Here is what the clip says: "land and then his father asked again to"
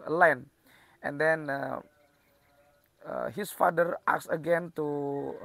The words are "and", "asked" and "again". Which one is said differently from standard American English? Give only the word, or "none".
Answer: asked